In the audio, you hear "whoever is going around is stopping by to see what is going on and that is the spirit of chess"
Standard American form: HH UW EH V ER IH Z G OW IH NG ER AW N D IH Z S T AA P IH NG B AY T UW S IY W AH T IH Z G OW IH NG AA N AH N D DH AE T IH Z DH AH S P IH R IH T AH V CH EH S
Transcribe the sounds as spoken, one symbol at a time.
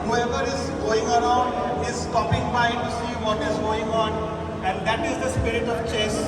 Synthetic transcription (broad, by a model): HH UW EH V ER IH Z G OW IH NG ER AW N D IH Z S T AA P IH NG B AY T UW S IY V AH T IH Z G OW IH NG AA N AH N D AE T IH Z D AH S P IH R IH T AH V CH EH S